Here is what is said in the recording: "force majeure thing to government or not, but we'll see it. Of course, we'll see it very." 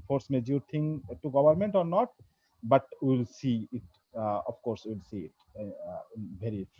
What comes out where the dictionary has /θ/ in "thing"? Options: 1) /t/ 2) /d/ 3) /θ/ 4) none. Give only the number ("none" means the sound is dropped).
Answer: 1